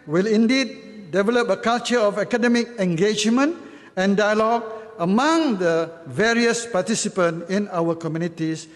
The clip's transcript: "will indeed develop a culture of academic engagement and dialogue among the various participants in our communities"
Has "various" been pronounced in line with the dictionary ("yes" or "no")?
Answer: yes